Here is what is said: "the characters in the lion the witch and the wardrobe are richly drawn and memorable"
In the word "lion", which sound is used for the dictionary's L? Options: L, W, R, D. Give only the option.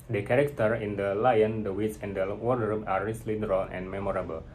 L